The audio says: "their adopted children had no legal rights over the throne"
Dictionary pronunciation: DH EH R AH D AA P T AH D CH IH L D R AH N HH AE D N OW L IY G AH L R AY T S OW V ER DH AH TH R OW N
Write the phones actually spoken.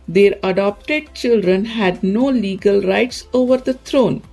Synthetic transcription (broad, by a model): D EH R AH D AA P T AH D CH IH L D R AH N HH AE D N OW L IY G AH L R AY T S OW V ER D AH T R OW N